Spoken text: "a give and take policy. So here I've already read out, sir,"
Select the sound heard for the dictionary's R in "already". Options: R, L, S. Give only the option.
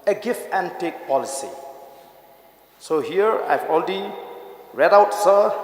L